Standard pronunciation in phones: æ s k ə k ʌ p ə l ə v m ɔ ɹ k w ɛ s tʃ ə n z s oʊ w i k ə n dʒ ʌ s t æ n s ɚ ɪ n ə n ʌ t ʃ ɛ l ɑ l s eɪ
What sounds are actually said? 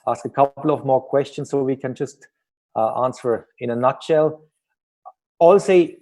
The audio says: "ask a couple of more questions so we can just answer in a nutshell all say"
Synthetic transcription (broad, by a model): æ s k ə k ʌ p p l ə v m ɔ ɹ k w ɛ s tʃ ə n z s oʊ w i k ə n dʒ ʌ s t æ n s ɚ ɪ n ə n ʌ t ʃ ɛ l ɑ l s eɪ